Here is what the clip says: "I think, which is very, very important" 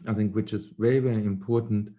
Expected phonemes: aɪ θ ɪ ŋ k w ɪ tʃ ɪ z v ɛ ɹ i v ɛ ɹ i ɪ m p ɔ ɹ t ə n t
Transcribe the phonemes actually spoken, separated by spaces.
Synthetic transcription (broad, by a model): aɪ θ ɪ ŋ k w ɪ tʃ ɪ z v ɛ ɹ i v ɛ ɹ i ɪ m p ɔ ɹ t n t